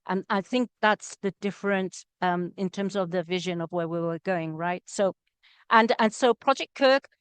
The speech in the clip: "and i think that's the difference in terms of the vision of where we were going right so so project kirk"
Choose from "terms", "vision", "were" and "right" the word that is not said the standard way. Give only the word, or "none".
none